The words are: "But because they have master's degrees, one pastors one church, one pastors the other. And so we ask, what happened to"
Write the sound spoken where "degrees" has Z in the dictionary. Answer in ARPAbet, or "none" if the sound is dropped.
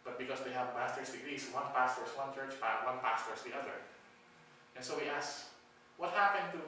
S